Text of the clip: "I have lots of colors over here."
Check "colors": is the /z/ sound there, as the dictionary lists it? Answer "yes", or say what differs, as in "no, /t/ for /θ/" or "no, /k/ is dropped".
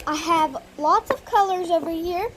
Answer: yes